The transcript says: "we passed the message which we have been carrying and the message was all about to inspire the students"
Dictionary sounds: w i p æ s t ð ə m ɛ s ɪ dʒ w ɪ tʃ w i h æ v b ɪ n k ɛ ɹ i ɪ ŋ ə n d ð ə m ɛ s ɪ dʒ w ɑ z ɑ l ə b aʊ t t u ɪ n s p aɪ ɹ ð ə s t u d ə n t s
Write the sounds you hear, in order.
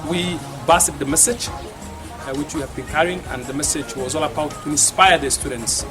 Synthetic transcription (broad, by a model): w i b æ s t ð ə m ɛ s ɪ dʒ w ɪ tʃ w i h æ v b ɪ n k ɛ ɹ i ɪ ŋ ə n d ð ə m ɛ s ɪ dʒ w ɑ z ɑ l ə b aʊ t t u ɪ n s p aɪ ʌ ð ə s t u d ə n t s